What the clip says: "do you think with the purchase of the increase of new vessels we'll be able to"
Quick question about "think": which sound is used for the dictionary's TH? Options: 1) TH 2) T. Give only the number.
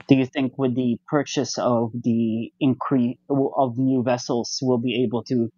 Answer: 1